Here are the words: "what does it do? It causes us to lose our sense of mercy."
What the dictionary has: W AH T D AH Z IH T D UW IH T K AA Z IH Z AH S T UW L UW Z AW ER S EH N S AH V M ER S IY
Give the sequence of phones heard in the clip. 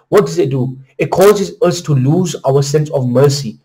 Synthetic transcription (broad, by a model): W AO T D AH Z IH T D UW IH T K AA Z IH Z AH S T UW L UW Z AW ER S EH N S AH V M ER S IY